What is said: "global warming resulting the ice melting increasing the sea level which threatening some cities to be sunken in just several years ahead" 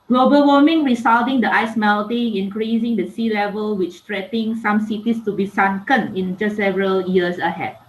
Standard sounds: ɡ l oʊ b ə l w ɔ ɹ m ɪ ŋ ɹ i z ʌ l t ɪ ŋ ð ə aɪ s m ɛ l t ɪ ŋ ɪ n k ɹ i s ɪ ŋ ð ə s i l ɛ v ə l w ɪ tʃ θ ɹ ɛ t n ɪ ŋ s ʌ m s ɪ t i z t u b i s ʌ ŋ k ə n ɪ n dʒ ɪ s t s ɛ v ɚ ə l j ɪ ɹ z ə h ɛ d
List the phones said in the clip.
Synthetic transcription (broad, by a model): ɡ l oʊ b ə l w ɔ m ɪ ŋ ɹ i s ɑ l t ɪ ŋ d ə aɪ s m ɛ l t ɪ ŋ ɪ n k ɹ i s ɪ ŋ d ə s i l ɛ v ə l w ɪ tʃ t ɹ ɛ t ɪ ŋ s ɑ m s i t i s t u b i s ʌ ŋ k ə n ɪ n dʒ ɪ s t s ɛ v ɚ ə l j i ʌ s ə h ɛ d